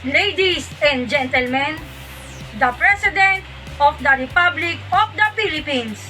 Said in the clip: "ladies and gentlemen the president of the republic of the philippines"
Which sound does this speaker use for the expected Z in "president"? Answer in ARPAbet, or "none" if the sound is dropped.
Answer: S